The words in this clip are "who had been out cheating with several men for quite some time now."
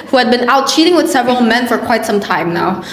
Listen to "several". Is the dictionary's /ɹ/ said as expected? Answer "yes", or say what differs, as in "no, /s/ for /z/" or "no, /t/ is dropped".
yes